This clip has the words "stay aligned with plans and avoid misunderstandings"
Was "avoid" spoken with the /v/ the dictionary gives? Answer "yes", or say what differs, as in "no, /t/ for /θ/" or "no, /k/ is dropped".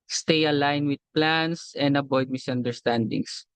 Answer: no, /b/ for /v/